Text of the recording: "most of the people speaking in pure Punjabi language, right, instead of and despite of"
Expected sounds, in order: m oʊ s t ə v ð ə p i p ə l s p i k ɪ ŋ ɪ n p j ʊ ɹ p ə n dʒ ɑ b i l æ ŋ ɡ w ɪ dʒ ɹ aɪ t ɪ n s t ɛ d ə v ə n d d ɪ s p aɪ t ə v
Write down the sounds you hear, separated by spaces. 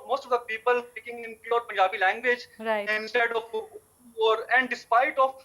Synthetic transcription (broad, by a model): m oʊ s t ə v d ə p i p ə l s p i k ɪ ŋ ɪ n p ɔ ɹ p ə n dʒ ɑ b i l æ ŋ ɡ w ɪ dʒ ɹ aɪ ɪ n s t ɛ d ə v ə n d d ɪ s p aɪ t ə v